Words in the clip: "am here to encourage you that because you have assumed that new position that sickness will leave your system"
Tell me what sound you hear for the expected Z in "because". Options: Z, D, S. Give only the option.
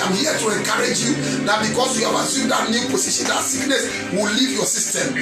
S